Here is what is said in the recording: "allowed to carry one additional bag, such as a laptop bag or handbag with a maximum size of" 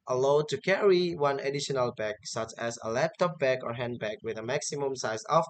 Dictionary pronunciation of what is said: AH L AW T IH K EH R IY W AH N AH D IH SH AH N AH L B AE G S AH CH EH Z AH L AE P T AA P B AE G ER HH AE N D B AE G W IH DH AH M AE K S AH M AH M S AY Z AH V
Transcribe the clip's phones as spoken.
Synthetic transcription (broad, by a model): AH L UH T IH K EH R IY W AH N AH D IH SH AH N AH L B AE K S AH CH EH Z AH L AE P T AA P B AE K ER HH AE N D B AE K W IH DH AH M AE K S AH M AH M S AY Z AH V